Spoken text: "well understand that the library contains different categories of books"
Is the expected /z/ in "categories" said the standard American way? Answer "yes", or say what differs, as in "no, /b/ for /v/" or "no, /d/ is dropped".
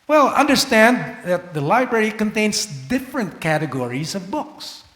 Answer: yes